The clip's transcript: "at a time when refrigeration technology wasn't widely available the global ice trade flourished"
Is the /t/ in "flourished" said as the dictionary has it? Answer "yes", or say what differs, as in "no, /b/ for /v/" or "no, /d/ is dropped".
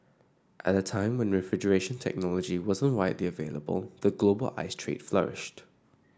yes